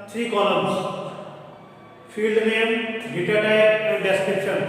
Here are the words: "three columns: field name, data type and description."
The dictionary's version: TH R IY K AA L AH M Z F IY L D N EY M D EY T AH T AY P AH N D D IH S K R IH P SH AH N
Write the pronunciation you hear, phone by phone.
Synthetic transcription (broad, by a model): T R IY K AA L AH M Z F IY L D N EY M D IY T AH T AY AH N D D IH S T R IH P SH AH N